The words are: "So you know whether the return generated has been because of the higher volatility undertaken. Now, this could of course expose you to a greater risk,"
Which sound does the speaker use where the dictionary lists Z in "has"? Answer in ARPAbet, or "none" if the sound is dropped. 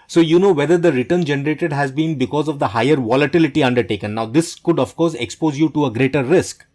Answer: Z